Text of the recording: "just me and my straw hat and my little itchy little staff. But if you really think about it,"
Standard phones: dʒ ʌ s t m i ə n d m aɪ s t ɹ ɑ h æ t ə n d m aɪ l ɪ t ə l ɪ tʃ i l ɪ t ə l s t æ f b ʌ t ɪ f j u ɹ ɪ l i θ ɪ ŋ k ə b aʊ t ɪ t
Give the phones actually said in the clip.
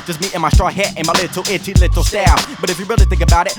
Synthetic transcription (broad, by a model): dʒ ʌ s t m i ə n m aɪ s t ɹ ɑ h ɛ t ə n m aɪ l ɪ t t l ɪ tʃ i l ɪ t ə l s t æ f b ʌ t ɪ f j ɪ ɹ ɪ l i θ ɪ ŋ k ə b aʊ t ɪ t